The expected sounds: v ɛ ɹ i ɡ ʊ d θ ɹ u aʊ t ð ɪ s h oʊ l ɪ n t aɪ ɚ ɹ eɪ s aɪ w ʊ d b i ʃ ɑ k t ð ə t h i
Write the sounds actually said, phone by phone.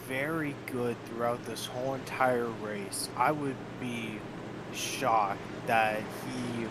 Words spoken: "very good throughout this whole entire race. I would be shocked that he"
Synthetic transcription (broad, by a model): v ɛ ɹ i ɡ ʊ d θ ɹ u aʊ t ð ɪ s h oʊ l ɪ n t aɪ ɚ ɹ eɪ s aɪ w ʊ d b i ʃ ɑ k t ð ə t h i